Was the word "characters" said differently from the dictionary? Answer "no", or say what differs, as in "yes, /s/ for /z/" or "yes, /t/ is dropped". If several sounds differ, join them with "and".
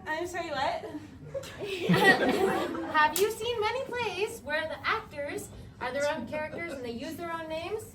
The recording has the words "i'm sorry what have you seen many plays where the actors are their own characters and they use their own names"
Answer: no